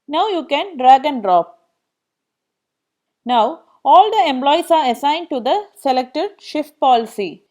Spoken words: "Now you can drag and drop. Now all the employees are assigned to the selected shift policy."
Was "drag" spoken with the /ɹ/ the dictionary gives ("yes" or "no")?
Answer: yes